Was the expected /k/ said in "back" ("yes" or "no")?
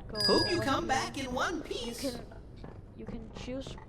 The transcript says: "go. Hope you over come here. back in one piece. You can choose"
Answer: yes